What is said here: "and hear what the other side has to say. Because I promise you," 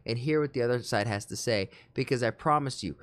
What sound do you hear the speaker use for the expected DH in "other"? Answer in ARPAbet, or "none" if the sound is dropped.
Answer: DH